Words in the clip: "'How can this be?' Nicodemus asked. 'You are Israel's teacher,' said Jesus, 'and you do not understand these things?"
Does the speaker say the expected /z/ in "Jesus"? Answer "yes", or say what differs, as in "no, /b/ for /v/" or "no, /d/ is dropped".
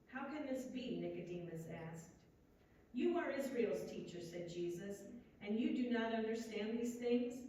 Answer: yes